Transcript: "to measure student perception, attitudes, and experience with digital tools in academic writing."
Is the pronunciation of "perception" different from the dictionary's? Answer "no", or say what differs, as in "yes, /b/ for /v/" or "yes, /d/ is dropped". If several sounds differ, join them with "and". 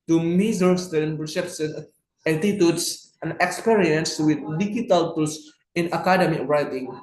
yes, /s/ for /ʃ/